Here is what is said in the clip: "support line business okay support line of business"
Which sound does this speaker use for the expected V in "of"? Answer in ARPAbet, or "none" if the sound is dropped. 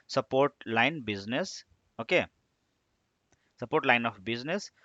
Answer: P